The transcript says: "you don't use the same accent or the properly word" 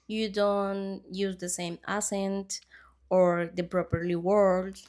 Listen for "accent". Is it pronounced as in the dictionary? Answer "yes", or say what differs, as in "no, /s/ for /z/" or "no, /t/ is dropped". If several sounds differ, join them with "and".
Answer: no, /k/ is dropped